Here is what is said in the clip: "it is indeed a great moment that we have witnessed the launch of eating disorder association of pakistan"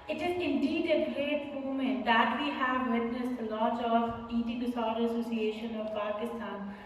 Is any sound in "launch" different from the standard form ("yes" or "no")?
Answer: yes